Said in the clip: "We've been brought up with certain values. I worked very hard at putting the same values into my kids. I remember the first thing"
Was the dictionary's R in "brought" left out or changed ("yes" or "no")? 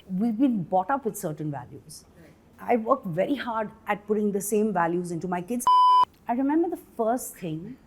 yes